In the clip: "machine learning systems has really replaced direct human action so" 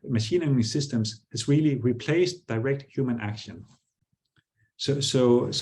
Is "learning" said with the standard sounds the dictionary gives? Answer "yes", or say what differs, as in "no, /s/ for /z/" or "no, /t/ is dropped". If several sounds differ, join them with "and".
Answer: no, /n/ is dropped